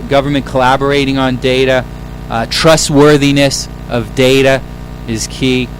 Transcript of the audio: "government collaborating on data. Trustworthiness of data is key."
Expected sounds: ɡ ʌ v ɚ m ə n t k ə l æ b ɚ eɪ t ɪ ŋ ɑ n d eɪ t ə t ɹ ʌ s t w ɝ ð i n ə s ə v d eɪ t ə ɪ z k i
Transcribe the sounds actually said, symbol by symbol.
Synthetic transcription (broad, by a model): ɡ ʌ v ɚ m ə n k ə l æ b ɚ eɪ t ɪ ŋ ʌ n d eɪ t ə t ɹ ʌ s t w ɝ ð i n ə s ə v d eɪ t ə ɪ z k i